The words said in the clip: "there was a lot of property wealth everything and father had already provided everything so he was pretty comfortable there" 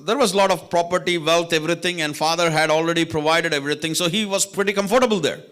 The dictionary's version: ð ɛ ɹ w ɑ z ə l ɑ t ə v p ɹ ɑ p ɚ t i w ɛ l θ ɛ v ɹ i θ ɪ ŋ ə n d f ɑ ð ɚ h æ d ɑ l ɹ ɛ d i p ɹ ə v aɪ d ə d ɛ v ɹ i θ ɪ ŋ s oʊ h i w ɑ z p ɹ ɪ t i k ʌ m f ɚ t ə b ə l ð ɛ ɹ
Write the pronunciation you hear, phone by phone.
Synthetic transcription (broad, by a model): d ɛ ɹ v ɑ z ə l ɑ t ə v p ɹ ɑ p ɚ t i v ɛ l t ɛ v ɹ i t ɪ ŋ ə n d f ɑ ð ɚ h æ d ɑ l ɹ ɛ d i p ɹ ə v aɪ d ə d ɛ v ɹ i t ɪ ŋ s oʊ h i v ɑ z p ɹ ɪ t i k ʌ m f ɚ t ə b ə l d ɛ ɹ